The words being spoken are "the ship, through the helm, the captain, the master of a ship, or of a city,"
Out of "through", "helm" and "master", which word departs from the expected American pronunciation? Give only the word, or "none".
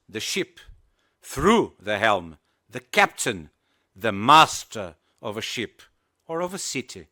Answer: none